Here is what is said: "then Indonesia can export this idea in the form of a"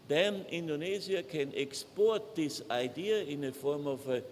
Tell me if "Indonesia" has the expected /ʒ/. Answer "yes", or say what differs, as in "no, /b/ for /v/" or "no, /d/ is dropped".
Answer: no, /z/ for /ʒ/